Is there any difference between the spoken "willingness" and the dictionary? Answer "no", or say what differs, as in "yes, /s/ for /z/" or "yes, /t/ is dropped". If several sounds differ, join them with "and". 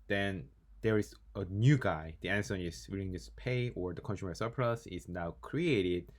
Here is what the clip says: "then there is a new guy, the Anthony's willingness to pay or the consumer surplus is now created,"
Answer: yes, /n/ is dropped